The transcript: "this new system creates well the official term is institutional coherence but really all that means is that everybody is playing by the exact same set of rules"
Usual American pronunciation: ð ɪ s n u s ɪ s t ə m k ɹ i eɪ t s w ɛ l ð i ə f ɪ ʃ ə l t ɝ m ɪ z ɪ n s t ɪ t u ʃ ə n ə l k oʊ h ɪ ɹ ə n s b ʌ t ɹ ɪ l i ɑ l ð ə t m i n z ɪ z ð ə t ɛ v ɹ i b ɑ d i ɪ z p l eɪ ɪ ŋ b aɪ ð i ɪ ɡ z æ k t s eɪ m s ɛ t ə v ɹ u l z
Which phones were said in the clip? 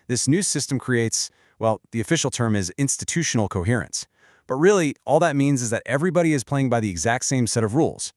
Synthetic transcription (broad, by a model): ð ɪ s n u s ɪ s t ə m k ɹ i eɪ t s w ɛ l ð i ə f ɪ ʃ l t ɝ m ɪ z ɪ n s t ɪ t u ʃ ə n l k oʊ h ɪ ɹ ə n s b ʌ t ɹ ɪ l i ɑ l ð ə t m i n z ɪ z ð ə t ɛ v ɹ i b ɑ d i ɪ z p l eɪ ɪ ŋ b aɪ ð i ɪ ɡ z æ k t s eɪ m s ɛ t ə v ɹ u l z